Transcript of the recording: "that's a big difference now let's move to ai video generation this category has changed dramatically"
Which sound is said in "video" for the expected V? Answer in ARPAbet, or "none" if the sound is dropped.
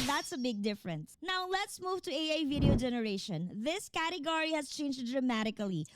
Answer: V